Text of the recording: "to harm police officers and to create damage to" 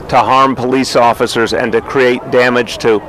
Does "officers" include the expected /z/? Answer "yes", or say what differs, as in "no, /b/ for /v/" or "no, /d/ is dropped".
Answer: yes